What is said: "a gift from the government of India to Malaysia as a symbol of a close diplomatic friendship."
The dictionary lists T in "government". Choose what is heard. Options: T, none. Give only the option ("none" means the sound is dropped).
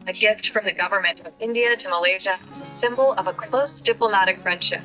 T